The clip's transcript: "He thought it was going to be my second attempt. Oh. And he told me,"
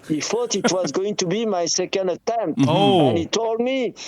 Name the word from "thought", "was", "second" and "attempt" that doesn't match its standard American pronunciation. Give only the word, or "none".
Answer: thought